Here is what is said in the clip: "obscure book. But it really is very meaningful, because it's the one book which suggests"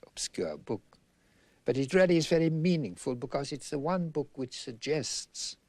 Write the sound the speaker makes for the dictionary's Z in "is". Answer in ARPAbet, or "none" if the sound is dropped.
Z